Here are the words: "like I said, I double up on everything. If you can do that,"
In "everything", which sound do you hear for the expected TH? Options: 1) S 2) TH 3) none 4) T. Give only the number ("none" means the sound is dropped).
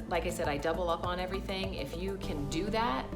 2